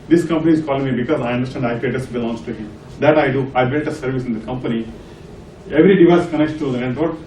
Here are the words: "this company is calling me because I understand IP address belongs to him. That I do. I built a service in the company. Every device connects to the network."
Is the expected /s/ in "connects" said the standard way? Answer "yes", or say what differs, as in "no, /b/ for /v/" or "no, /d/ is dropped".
no, /s/ is dropped